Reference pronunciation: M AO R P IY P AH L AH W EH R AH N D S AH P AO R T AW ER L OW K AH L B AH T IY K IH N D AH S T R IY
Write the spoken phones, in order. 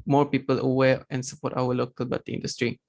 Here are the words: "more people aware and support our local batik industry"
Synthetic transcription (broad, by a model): M AO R P IY P AH L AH W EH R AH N S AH P AO T AW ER L OW K AH L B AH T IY IH N D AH S T R IY